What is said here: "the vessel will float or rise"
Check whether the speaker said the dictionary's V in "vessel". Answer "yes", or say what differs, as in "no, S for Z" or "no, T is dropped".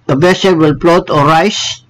no, B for V